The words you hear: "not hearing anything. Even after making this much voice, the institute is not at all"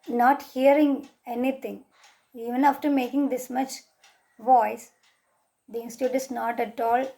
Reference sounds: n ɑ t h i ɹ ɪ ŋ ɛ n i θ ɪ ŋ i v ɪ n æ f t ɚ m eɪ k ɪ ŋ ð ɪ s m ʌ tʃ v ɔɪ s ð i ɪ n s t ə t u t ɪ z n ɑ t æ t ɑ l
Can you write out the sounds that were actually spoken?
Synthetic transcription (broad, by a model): n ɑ t h i ɹ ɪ ŋ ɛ n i t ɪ ŋ i v ɪ n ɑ f t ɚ m eɪ k ɪ ŋ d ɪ s m ʌ tʃ v ɔɪ s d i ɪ n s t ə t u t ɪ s n ɑ t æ t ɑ l